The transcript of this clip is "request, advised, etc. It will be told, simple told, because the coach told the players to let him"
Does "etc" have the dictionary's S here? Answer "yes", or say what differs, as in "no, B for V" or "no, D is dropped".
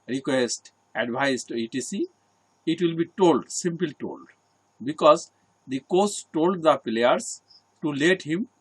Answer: no, S is dropped